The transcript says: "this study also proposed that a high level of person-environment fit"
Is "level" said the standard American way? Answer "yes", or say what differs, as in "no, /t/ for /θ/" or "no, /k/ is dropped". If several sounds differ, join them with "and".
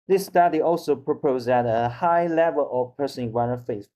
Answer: yes